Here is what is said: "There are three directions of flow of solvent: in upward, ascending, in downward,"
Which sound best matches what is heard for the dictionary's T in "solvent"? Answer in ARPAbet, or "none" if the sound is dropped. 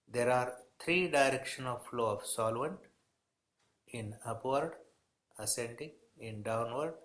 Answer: T